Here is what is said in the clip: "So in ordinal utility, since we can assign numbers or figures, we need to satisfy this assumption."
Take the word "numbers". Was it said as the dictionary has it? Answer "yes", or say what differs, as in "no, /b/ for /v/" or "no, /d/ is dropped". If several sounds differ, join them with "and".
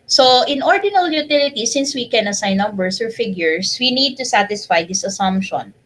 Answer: no, /s/ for /z/